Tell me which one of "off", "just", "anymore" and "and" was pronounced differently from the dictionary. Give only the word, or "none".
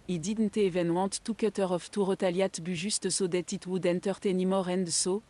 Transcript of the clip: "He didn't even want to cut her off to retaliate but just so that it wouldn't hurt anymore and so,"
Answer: just